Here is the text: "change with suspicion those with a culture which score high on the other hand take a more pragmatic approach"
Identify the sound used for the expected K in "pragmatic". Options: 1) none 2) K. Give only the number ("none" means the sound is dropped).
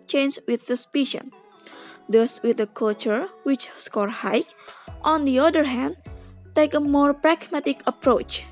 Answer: 2